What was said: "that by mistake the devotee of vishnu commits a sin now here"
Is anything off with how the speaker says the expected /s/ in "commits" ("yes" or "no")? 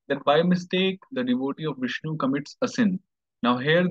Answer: no